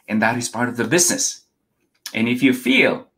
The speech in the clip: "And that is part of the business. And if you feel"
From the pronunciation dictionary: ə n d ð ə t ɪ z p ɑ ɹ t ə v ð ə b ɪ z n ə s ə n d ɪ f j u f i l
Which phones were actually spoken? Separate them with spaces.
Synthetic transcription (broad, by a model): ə n ð ə t ɪ z p ɑ ɹ t ə v ð ə b ɪ z n ə s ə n ɪ f j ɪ f i l